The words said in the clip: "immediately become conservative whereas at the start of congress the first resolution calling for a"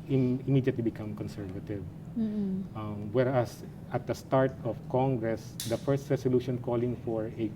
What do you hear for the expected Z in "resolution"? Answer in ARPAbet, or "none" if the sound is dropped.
S